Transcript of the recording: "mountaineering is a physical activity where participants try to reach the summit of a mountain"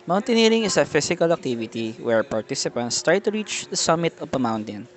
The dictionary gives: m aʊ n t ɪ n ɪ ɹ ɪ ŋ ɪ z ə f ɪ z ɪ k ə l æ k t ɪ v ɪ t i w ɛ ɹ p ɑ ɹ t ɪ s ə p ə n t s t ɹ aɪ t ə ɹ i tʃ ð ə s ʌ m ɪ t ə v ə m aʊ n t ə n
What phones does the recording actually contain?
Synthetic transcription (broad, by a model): m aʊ n t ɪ n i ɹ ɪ ŋ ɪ s ə f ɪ s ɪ k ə l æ k t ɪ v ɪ t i w ɛ ɹ p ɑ ɹ t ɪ s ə p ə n t s t ɹ aɪ t ə ɹ i tʃ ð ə s ʌ m ɪ t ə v ə m aʊ n t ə n